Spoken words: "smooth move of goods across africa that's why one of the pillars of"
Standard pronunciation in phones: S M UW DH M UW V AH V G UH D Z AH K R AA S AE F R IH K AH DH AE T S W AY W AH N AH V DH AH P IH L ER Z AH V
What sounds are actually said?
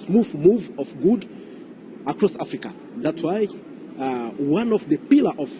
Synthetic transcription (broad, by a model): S M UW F M UW V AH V G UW D AH K R AA S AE F R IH K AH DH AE T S W AY W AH N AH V DH AH P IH L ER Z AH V